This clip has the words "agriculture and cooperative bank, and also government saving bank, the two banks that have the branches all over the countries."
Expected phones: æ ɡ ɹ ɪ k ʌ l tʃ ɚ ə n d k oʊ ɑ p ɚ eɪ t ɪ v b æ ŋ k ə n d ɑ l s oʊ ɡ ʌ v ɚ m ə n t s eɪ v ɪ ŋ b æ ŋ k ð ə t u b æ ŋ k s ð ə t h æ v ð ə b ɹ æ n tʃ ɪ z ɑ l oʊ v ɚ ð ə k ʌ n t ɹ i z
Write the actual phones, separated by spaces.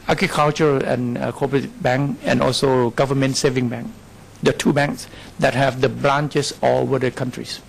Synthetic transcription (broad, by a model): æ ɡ ɹ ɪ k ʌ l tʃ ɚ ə n k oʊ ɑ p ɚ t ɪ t b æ ŋ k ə n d ɑ l s oʊ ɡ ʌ v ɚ m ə n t s eɪ v ɪ ŋ b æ ŋ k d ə t u b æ ŋ k s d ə t h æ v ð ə b l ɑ n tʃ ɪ s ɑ w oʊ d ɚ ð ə k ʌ n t ɹ i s